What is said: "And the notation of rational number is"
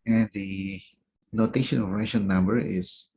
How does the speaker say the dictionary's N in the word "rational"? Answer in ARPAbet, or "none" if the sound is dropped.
none